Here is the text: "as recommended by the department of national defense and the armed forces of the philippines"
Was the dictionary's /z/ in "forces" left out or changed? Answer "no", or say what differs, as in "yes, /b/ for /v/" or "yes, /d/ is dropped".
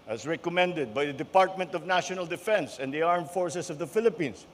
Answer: yes, /s/ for /z/